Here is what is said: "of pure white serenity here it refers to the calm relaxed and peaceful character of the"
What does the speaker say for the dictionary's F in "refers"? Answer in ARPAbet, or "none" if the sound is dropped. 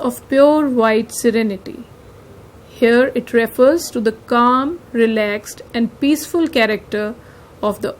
F